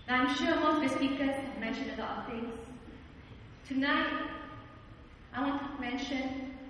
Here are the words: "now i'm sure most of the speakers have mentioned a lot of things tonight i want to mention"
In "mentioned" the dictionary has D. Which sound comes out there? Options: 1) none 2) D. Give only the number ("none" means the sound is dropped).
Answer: 1